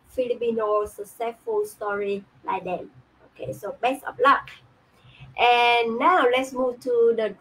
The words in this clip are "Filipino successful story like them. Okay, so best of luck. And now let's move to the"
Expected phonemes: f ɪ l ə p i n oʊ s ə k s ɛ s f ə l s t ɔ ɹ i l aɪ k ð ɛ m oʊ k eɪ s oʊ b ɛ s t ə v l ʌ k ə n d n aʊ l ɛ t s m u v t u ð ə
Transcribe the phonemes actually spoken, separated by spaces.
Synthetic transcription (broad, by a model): f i l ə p i n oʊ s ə s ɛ f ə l s t ɔ ɹ i l aɪ k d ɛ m oʊ k eɪ s oʊ b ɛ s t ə p l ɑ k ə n n aʊ l ɛ t s m u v t u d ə